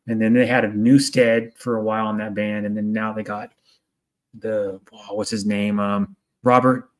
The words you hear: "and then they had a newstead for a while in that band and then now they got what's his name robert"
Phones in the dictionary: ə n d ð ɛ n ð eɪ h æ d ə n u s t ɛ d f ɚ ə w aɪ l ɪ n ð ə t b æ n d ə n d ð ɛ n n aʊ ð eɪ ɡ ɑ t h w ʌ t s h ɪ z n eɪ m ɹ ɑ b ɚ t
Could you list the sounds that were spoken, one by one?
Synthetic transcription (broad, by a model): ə n ð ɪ n ð eɪ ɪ d ə n u s t ɛ d f ɚ ə w aɪ l ɪ n ð ə t b æ n d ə n ð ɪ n n aʊ ð eɪ ɡ ɑ t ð w ʌ t s h ɪ z n eɪ m ɹ ɑ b ɚ t